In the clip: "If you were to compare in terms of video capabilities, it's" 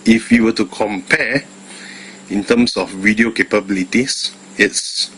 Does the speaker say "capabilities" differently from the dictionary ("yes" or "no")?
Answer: yes